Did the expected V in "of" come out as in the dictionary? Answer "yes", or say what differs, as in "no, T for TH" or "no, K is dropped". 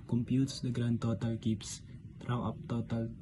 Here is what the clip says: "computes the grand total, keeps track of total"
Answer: no, P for V